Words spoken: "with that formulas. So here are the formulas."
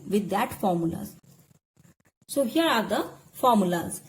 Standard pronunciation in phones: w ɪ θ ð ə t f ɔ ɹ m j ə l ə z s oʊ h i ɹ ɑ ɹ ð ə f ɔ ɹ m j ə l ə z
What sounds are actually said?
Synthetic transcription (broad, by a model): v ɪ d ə t f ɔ ɹ m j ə l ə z s oʊ h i ɹ ɑ ɹ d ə f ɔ ɹ m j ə l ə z